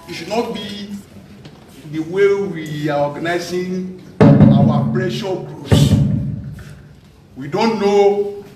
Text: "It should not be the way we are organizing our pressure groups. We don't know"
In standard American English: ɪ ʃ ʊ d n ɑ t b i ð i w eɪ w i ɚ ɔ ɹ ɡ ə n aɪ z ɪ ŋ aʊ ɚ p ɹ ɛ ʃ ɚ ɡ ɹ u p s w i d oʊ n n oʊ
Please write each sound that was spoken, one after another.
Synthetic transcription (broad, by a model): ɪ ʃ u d n ɑ t b i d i w eɪ w i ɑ ɔ ɡ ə n aɪ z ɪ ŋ aʊ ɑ p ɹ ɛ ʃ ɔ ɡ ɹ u s w i d oʊ n n oʊ